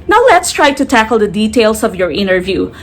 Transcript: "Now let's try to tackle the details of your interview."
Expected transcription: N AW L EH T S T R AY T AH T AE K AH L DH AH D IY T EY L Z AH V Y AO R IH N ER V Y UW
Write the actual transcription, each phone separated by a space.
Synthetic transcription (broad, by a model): N AW L EH T S T R AY T AH T AE K AH L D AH D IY T EY L S AH V Y AO R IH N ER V Y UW